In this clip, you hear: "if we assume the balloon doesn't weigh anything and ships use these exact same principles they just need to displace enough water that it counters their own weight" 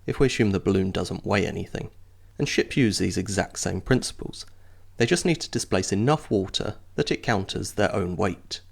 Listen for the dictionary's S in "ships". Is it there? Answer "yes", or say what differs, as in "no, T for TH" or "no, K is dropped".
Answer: no, S is dropped